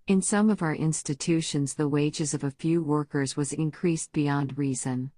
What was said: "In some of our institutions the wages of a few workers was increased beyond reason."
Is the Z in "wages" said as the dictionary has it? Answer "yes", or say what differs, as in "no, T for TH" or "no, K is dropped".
yes